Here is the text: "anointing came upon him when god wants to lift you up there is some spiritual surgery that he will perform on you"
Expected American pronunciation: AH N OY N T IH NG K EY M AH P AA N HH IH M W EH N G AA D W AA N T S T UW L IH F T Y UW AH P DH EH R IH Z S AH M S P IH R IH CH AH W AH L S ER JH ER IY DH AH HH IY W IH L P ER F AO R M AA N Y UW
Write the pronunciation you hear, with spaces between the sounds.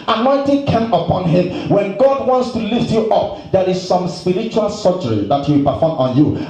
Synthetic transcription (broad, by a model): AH N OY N T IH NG K EY M AH P AA N HH IH M W EH N G AA D W AA N T S T UW L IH F T Y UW AH P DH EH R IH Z S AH M S P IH R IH CH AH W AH L S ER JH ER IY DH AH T W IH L P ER F AO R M AA N Y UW